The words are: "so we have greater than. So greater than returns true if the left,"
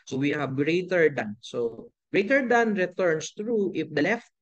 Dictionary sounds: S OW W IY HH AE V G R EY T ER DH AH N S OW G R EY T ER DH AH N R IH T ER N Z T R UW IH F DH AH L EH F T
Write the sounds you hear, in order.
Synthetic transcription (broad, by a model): S OW W IY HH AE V G R EY T ER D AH N S OW G R EY T ER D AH N R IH T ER N S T R UW IH F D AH L EH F T